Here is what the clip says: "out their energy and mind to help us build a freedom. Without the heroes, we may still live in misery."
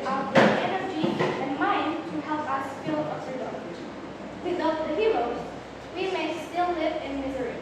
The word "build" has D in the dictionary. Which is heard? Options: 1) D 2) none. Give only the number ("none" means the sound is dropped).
2